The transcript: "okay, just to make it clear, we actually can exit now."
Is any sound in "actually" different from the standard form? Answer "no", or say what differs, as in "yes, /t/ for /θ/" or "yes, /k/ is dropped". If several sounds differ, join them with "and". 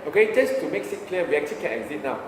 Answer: yes, /l/ is dropped